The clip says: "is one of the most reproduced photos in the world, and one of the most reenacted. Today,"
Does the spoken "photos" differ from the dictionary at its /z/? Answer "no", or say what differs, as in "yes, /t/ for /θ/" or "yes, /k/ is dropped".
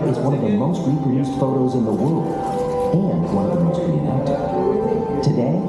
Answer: no